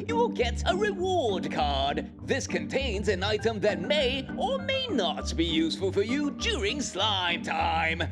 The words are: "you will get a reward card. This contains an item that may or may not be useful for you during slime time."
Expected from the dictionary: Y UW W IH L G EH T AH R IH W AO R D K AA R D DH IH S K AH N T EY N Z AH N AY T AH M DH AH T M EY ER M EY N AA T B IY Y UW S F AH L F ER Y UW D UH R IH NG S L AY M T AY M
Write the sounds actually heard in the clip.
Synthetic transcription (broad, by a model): Y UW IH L G EH T AH R IH W AO R D K AA R D DH IH S K AH N T EY N Z AH N AY T AH M DH AH T M EY ER M EY N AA T B IY Y UW S F AH L F ER Y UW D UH R IH NG S L AY M T AY M